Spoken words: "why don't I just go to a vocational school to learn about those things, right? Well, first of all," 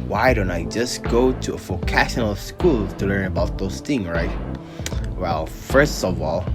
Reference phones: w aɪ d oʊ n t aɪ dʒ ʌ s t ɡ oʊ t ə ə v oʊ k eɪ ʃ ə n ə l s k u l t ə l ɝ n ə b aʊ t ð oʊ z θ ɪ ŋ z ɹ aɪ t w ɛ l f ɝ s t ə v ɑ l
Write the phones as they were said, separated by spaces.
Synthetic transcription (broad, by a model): w aɪ d oʊ n t aɪ dʒ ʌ s ɡ oʊ t ə ə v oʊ k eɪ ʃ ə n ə l s k u l t ə l ɝ n ə b aʊ t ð oʊ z θ ɪ ŋ z ɹ aɪ t w ɛ l f ɝ s t ə v ɑ l